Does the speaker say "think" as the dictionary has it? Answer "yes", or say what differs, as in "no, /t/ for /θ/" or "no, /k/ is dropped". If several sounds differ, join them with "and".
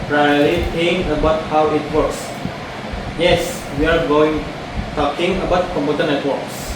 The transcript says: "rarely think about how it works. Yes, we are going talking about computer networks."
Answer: no, /t/ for /θ/